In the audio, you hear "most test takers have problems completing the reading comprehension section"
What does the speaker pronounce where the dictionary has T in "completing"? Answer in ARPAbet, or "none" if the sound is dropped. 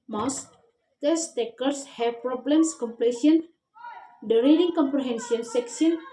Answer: S